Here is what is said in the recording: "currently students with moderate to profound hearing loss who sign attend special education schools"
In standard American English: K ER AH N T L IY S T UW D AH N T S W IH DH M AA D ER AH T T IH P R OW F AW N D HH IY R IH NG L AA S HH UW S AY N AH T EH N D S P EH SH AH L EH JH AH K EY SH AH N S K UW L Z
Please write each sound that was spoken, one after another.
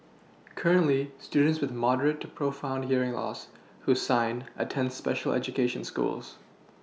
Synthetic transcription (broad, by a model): K ER AH N T L IY S T UW D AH N T S W IH DH M AA D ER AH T T IH P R OW F AW N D HH IY R IH NG L AA S HH UW S AY N AH T EH N D S P EH SH L EH JH AH K EY SH AH N S K UW L Z